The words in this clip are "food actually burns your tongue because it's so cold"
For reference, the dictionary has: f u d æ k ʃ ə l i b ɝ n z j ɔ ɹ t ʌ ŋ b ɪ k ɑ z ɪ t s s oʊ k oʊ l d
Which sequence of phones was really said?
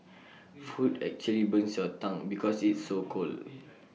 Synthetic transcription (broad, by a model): f u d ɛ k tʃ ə l i b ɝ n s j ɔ t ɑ ŋ b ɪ k ɑ s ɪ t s s oʊ k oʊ l